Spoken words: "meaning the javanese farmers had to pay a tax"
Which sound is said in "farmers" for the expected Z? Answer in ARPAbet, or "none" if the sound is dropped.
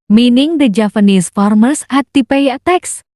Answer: S